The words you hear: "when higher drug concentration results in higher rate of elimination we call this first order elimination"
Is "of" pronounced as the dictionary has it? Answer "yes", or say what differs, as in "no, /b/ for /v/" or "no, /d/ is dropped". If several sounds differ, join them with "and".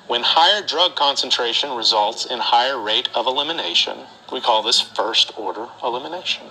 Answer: yes